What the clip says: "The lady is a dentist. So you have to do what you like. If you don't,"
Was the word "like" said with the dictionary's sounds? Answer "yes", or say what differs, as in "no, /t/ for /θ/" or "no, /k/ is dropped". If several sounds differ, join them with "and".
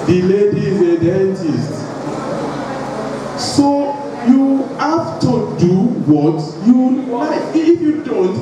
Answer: no, /w/ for /l/ and /k/ is dropped